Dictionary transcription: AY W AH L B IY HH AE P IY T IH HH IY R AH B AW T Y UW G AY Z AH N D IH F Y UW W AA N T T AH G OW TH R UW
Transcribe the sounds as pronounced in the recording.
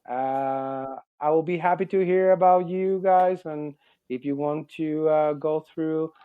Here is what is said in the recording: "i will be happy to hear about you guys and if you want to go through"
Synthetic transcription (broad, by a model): AY W AH L B IY HH AE P IY T IH HH IY R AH B AW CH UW G AY Z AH N IH F Y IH W AA N T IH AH G OW TH R UW